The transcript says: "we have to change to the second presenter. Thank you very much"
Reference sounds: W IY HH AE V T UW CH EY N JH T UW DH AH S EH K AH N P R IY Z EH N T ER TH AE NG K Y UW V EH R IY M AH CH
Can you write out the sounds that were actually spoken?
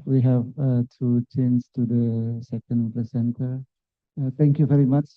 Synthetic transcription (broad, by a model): W IY HH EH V T UW CH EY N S T UW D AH S EH K AH N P L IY S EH N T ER T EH NG K Y UW V EH R IY M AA CH